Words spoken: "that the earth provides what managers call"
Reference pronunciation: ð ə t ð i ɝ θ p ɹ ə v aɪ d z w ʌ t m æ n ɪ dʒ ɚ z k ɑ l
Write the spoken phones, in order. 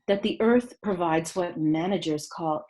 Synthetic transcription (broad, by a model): ð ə t ð i ɝ θ p ɹ ə v aɪ d z w ʌ t m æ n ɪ dʒ ɚ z k ɑ l